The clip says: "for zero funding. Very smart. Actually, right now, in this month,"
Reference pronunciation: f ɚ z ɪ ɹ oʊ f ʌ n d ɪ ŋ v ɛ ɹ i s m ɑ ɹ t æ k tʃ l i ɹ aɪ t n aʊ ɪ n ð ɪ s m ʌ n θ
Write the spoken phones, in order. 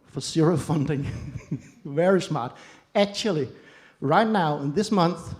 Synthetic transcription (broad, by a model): f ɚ s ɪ ɹ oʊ f ʌ n d ɪ ŋ v ɛ ɹ i s m ɑ ɹ t æ k tʃ l i ɹ aɪ t n aʊ ɪ n ð ɪ s m ʌ n θ